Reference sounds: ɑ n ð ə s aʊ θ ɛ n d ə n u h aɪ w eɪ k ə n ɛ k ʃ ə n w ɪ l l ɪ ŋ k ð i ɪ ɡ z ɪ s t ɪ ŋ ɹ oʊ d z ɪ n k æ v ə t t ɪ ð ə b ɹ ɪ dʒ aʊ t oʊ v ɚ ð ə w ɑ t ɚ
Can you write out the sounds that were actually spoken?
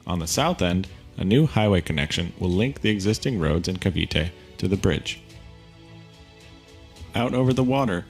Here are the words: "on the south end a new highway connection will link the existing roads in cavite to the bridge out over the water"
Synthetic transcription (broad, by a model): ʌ n ð ə s aʊ θ ɛ n d ə n u h aɪ w eɪ k ə n ɛ k ʃ ə n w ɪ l l ɪ ŋ k ð i ɪ ɡ z ɪ s t ɪ ŋ ɹ oʊ d z ɪ n k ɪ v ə t t ɪ ð ə b ɹ ɪ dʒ aʊ t oʊ v ɚ ð ə w ɑ t ɚ